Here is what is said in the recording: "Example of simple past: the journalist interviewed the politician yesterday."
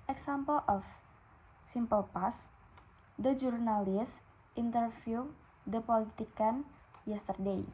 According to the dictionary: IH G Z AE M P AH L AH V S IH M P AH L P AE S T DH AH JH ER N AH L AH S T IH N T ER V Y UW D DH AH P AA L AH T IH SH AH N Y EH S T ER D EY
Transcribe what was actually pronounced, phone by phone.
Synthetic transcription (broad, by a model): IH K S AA M P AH L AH F S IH M P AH L P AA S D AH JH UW N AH L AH S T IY N T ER F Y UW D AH P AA L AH T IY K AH N Y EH S T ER D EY